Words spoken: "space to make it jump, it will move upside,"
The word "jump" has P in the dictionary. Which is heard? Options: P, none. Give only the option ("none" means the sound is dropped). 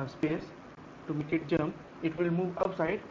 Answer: none